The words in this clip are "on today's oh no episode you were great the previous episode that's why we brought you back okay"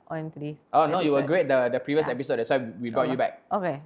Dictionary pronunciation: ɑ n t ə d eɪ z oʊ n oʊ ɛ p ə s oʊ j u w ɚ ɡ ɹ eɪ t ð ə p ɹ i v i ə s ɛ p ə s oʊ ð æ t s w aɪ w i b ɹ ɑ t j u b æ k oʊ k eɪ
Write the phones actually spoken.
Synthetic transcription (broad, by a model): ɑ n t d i s oʊ n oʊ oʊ j u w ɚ ɡ ɹ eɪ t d ə p ɹ i v i ə s ɛ p ə s oʊ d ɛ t s w aɪ w i b ɹ ɑ t j u b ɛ k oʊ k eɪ